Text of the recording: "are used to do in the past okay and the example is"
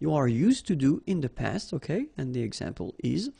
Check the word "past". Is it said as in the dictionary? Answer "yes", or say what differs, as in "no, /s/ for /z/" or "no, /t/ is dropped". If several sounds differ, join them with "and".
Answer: yes